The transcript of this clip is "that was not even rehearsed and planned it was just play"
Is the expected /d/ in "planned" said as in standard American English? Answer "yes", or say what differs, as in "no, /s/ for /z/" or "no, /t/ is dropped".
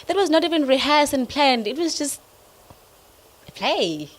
yes